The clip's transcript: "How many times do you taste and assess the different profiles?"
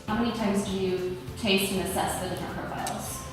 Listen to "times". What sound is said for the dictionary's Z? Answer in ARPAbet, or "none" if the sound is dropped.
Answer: Z